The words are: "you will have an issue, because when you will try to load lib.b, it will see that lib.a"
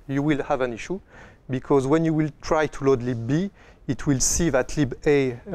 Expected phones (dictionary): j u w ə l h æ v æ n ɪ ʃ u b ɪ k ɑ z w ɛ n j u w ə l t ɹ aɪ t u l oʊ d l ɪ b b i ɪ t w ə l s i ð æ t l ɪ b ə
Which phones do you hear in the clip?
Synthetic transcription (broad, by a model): j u w ə l h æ v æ n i ʃ u b ɪ k ɑ z w ɛ n j u w ə l t ɹ aɪ t u l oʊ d l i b b i ɪ t w ə l s i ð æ t l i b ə